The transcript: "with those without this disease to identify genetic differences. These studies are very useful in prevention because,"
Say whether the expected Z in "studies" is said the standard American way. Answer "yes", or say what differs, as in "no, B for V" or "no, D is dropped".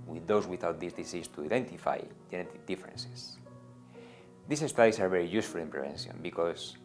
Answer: no, S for Z